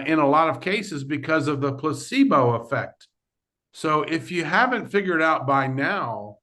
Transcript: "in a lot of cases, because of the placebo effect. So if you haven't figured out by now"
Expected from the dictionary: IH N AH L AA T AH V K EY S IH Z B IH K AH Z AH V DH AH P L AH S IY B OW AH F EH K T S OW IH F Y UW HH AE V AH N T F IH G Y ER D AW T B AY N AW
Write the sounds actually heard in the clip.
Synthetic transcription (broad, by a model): IH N AH L AA T AH V K EY S IH Z B IH K AH Z AH V DH AH P L AH S IY B OW AH F EH K T S OW IH F Y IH HH AE V AH N T F IH G Y ER D AW T B AY N AW